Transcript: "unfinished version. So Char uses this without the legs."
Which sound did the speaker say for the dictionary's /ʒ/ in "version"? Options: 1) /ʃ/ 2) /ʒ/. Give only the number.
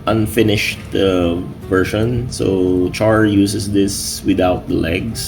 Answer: 1